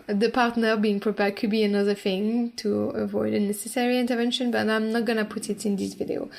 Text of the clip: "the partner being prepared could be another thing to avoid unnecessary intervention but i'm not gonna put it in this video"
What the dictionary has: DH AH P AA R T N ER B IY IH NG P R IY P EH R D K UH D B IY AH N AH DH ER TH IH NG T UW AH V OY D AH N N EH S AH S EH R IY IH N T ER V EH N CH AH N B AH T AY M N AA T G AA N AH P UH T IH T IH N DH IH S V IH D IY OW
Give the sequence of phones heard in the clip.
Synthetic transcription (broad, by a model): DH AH P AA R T N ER B IY IH NG P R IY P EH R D K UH D B IY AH N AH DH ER TH IH NG T UW AH V OY D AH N N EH S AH S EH R IY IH N T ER V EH N SH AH N B AH T AY M N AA T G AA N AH P UH T IH T IH N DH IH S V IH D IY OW